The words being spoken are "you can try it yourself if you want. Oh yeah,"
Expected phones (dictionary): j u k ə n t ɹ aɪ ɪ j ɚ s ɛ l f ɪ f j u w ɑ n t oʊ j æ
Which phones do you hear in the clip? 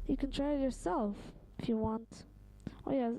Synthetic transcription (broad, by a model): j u k ə n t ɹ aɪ ɪ j ɚ s ɛ l f ɪ f j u w ɑ n t oʊ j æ